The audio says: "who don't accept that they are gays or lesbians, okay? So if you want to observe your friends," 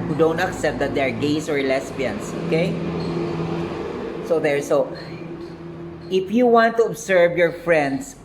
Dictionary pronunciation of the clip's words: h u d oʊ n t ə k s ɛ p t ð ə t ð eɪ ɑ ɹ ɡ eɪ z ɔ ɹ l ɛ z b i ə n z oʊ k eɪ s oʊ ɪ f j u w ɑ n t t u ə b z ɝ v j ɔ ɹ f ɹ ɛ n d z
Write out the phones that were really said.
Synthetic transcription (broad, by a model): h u d oʊ n t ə k s ɛ p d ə t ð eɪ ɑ ɹ ɡ eɪ s ɔ ɹ l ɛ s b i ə n s oʊ k eɪ s oʊ ɪ f j u w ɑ n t t u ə b s ɝ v j ɔ ɹ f ɹ ɛ n d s